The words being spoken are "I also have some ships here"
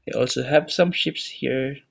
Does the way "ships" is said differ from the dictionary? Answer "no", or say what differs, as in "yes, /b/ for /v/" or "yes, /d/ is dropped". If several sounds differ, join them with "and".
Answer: no